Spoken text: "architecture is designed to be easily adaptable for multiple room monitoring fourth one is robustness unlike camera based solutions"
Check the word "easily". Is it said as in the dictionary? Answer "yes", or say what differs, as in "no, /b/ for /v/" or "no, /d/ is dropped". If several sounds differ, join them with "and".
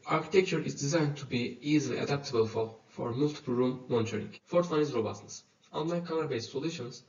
yes